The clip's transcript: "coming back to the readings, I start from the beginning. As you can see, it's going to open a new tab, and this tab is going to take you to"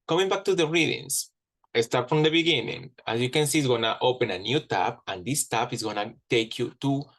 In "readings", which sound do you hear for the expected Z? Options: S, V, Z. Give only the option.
S